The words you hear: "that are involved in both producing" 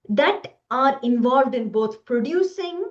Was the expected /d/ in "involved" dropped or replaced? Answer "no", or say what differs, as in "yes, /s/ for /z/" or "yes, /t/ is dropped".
no